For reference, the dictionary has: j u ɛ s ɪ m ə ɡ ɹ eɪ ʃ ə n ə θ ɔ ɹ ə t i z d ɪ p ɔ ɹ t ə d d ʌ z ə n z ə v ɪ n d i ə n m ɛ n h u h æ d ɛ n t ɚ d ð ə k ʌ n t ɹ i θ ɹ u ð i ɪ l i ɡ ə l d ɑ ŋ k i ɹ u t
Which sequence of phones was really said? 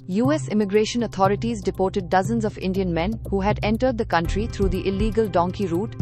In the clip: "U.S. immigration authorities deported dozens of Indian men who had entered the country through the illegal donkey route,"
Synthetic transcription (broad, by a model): j u ɛ s ɪ m ə ɡ ɹ eɪ ʃ ə n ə t ɔ ɹ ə t i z d ɪ p ɔ ɹ t ə d d ʌ z ə n z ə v ɪ n d i ə n m ɛ n h u h æ d ɛ n t ɚ d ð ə k ʌ n t ɹ i t ɹ u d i ɪ l i ɡ ə l d ɑ ŋ k i ɹ u t